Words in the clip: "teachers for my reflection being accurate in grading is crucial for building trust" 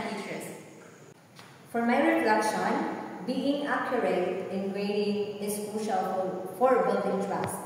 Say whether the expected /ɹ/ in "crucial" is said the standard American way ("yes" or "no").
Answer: no